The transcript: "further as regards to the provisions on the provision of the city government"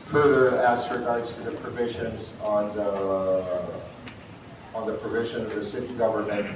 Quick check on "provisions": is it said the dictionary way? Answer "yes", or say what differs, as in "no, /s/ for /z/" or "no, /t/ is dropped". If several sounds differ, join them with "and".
yes